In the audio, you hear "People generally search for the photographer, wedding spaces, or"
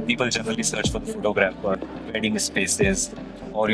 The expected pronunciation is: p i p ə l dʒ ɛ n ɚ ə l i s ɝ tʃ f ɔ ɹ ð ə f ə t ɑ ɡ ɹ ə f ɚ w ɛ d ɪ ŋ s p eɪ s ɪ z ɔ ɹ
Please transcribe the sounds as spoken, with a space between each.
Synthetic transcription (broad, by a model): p i p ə l dʒ ɛ n ɚ ə l i s ɝ tʃ f ɔ ɹ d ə f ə t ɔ ɡ ɹ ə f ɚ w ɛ d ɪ ŋ s p eɪ s ɪ z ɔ ɹ